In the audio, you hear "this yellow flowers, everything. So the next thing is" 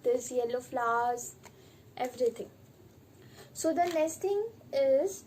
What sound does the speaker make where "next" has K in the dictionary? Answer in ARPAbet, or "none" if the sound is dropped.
none